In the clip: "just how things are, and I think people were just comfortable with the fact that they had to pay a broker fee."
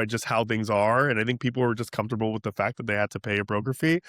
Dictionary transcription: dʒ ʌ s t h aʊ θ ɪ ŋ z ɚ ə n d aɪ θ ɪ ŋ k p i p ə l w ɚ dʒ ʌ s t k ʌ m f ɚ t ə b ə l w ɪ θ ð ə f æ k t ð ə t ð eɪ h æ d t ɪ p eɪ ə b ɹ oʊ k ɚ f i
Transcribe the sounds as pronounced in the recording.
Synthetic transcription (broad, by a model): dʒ ʌ s t h aʊ θ ɪ ŋ z ɚ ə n aɪ θ ɪ ŋ k p i p l w ɚ dʒ ʌ s k ʌ m f t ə b l w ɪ ð ə f æ k ð ə t ð eɪ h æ d t ɪ p eɪ ə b ɹ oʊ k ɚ f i